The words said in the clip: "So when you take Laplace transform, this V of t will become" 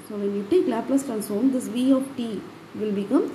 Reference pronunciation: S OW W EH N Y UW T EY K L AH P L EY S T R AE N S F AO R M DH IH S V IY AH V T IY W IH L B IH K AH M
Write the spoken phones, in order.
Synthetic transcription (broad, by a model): S OW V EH N Y UW T EY K L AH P L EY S T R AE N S AO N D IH S V IY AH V T IY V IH L B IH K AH M